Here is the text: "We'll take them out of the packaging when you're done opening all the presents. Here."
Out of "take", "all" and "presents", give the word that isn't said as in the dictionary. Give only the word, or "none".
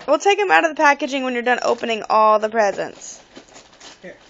none